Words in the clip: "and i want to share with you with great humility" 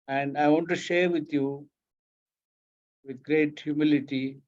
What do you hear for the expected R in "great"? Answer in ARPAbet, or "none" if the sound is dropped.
R